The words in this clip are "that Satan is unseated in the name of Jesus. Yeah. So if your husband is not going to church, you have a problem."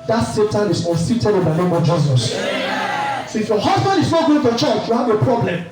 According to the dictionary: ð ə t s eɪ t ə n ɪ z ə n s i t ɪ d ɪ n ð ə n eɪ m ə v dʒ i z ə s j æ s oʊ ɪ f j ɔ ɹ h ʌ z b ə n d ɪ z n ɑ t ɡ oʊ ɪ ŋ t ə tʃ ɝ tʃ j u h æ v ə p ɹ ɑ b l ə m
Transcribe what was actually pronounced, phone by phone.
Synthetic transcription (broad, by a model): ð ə t s eɪ t ə n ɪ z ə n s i t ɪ d ɪ n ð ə n eɪ m ə v dʒ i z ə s s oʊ ɪ f j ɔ h ʌ z b ə n d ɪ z n ɑ t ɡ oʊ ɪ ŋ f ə tʃ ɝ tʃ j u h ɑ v ə p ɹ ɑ b l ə m